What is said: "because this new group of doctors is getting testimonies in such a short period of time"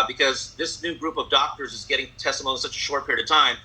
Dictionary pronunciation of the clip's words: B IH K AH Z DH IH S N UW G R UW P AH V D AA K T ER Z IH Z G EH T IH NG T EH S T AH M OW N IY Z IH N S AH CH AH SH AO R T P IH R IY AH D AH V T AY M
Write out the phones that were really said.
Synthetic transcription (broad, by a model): B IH K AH Z DH IH S N UW G R UW P AH V D AA K T ER Z IH Z G EH T IH NG T EH S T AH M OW IY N S AH CH AH SH AO R T P IH R IY AH D AH V T AY M